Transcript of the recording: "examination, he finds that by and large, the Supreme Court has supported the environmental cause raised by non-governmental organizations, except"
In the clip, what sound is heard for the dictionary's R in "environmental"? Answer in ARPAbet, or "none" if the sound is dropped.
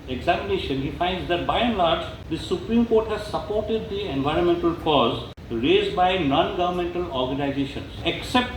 R